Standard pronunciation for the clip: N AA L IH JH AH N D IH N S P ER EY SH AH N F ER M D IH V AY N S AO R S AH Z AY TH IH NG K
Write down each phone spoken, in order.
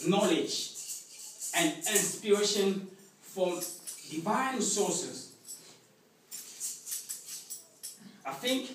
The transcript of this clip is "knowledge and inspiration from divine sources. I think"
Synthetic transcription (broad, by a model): N AA L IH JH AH N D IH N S P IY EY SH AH N F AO D IH V AY N S AO S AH S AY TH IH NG K